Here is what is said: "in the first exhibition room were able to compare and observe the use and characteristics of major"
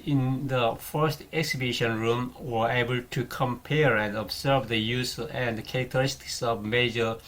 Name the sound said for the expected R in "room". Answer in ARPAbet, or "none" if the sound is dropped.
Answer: R